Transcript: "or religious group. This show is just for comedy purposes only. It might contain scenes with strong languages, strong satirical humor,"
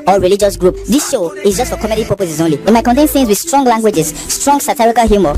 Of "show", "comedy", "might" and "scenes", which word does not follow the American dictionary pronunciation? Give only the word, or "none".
scenes